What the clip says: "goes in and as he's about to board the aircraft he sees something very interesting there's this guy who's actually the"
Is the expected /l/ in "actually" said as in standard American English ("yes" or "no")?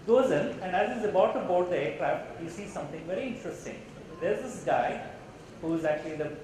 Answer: yes